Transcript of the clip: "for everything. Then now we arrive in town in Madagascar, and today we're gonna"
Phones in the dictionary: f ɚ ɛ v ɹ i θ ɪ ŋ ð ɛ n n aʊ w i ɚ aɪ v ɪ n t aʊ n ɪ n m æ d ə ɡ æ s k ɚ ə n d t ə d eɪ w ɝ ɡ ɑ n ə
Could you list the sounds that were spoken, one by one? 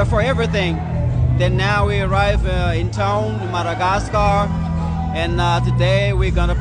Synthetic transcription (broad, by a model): f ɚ ɛ v ɹ i θ ɪ ŋ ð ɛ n n aʊ w i ɚ aɪ v ɪ n t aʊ ɪ n m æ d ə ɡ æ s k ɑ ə n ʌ t ə d eɪ w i ɡ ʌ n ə